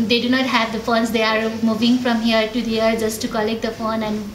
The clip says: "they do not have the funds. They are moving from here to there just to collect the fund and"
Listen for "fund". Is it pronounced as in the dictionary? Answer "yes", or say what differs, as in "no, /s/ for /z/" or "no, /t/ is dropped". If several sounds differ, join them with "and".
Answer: no, /d/ is dropped